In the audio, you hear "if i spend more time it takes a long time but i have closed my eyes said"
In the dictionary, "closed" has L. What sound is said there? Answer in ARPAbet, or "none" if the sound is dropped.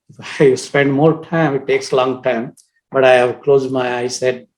L